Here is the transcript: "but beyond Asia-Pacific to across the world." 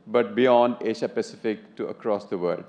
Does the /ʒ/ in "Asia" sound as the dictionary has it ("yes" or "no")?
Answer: no